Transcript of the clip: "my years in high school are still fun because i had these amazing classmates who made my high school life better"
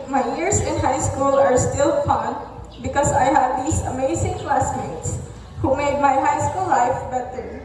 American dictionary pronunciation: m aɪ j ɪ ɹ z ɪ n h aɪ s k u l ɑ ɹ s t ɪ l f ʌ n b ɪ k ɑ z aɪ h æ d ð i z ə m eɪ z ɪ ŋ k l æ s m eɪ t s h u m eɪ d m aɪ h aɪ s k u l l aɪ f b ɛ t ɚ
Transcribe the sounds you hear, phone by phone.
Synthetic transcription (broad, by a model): m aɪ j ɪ ɹ s ɪ n h aɪ s k u l ɑ ɹ s t ɪ l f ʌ n b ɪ k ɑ s aɪ h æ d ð i s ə m eɪ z ɪ ŋ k l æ s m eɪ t s h u m eɪ d m aɪ h aɪ s k u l l aɪ f b ɛ t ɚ